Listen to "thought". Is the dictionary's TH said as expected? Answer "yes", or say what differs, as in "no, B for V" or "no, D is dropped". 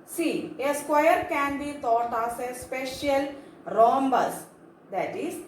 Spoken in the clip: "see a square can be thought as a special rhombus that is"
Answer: no, T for TH